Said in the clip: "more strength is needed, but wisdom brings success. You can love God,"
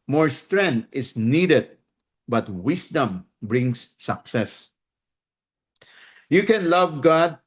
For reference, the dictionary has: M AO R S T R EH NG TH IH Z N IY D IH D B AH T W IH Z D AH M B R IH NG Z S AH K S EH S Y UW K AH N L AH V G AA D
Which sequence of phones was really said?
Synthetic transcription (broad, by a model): M AO R S T R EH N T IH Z N IY D IH D B AH T W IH S D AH M B R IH NG S AH K S EH S Y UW K AH N L AH V G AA D